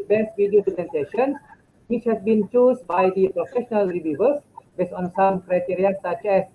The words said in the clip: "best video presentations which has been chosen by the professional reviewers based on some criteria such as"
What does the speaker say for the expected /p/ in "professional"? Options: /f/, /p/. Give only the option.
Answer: /p/